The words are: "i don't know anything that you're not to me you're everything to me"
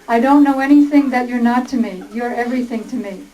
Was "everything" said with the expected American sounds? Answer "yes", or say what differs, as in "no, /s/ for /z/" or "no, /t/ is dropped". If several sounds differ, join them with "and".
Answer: yes